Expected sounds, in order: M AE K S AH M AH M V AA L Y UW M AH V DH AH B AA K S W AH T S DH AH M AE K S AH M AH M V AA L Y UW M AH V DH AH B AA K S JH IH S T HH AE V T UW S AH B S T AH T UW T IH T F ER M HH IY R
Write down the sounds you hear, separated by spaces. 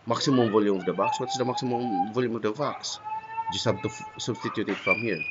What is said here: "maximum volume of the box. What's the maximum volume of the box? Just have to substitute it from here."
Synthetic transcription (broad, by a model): M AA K S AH M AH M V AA L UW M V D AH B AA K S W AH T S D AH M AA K S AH M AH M V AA L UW M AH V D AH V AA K S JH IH S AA B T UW S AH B S T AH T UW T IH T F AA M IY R